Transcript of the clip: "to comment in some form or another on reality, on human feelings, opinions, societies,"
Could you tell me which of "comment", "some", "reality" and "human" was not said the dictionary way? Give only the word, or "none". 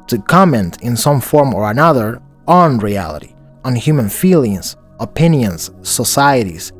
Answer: none